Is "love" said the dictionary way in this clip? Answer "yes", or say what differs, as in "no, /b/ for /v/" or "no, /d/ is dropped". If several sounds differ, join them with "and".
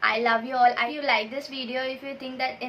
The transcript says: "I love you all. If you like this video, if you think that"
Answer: yes